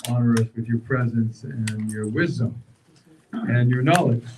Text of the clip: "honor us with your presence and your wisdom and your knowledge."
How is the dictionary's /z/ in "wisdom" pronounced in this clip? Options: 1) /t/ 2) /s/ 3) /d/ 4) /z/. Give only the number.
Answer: 4